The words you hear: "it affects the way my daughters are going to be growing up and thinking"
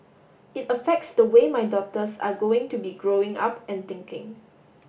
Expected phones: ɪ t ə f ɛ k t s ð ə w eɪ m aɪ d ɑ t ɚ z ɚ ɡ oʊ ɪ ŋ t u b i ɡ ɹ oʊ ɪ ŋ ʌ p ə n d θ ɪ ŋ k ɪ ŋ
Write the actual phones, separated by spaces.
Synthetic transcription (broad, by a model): ɪ t ə f ɛ k t s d ə w eɪ m aɪ d ɑ t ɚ s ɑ ɡ oʊ ɪ ŋ t u b i ɡ ɹ oʊ ɪ ŋ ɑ p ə n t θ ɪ ŋ k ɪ ŋ